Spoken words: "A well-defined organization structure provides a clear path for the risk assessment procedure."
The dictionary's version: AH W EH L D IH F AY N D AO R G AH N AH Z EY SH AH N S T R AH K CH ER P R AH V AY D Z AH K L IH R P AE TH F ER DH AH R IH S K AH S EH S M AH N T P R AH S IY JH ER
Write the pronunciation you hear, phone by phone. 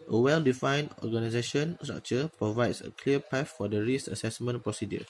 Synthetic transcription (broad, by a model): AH W EH L D IH F AY N D AO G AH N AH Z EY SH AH N S T R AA K CH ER P R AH V AY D S AH K L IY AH P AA F F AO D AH R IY S AH S EH S M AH N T P R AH S IY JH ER